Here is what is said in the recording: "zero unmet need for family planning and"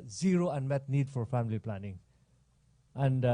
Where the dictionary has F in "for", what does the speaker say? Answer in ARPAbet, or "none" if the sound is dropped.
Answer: F